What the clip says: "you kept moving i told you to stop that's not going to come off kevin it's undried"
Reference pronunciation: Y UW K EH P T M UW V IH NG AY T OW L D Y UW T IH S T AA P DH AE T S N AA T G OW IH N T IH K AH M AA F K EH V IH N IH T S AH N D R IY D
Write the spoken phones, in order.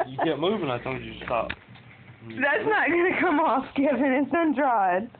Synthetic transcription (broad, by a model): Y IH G EH T M UW V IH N AY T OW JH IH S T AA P DH AE T S N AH T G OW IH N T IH K AH M AA F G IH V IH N IH T S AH N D R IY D